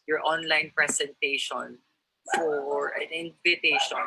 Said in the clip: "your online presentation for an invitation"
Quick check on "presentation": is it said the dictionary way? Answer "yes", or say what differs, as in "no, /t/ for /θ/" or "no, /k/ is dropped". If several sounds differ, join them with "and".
no, /s/ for /z/